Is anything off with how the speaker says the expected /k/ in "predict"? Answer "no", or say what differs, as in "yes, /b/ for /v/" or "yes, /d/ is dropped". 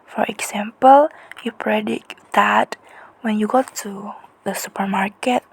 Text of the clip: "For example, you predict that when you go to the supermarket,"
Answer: yes, /k/ is dropped